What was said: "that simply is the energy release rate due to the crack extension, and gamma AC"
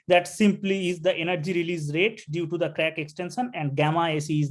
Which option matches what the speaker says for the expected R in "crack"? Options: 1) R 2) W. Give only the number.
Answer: 1